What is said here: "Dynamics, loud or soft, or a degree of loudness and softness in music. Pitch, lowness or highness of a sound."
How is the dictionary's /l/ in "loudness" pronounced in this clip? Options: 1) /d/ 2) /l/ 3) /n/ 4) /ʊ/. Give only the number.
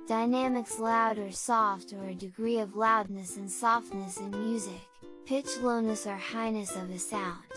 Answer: 2